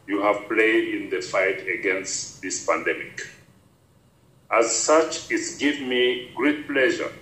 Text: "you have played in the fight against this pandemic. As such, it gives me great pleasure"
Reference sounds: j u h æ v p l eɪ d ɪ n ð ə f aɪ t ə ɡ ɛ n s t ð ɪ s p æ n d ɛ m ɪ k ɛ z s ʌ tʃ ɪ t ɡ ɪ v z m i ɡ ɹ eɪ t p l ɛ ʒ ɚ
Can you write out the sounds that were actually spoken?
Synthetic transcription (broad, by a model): j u h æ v p l eɪ d ɪ n ð ə f aɪ t ə ɡ ɛ n s t ð ɪ s p æ n d ɛ m ɪ k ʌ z s ʌ tʃ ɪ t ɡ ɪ v m i ɡ ɹ eɪ t p l ɛ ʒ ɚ